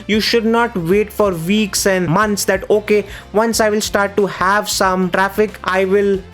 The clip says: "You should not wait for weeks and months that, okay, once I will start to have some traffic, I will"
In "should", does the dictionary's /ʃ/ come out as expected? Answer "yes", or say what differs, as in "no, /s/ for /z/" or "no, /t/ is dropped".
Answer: yes